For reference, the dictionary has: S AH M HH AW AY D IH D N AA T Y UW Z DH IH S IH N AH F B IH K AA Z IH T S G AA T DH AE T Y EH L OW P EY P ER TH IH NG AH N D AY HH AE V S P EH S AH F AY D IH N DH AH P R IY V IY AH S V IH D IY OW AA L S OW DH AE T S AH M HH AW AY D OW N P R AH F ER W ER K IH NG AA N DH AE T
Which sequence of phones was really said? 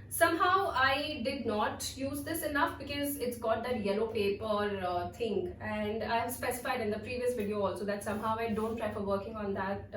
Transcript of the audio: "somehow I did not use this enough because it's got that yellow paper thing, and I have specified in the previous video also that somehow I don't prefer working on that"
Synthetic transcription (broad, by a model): S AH M HH AW AY D IH D N AA T Y UW Z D IH S IH N AH F B IH K AA Z IH T S G AA T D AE T Y EH L OW P EY P ER T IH NG AH N D AY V S P EH S AH F AY D IH N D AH P R IY V IY AH S V IH D IY OW AA L S OW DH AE T S AH M HH AW AY D OW N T R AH F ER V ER K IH NG AA N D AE T